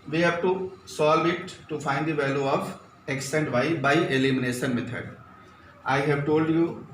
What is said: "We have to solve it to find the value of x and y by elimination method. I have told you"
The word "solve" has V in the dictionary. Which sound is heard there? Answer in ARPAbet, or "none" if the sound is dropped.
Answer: V